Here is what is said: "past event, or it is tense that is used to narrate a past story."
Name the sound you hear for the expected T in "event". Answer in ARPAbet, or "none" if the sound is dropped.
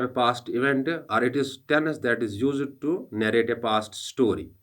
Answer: T